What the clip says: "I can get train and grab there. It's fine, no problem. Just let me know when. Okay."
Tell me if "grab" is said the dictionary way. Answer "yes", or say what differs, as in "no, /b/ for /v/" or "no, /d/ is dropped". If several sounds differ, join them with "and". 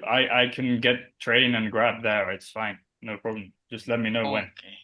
yes